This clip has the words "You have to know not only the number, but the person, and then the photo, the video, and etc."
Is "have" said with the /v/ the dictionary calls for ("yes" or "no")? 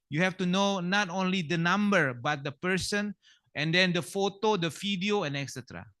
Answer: no